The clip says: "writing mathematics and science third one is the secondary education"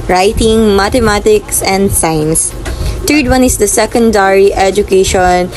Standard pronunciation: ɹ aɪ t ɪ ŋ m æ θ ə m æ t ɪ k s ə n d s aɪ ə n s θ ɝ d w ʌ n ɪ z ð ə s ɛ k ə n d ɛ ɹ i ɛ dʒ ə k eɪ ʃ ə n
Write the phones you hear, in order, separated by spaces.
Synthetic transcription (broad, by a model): ɹ aɪ t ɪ ŋ m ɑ t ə m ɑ t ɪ k s ə n d s aɪ n s t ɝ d w ʌ n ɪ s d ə s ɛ k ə n d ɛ ɹ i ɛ dʒ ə k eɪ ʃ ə n